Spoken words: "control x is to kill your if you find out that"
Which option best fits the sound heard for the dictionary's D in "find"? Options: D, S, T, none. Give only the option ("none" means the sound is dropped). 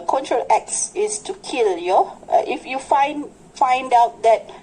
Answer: D